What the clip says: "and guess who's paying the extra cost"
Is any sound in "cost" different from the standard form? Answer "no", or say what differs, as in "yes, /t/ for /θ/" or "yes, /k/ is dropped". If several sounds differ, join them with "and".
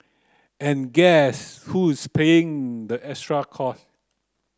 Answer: yes, /t/ is dropped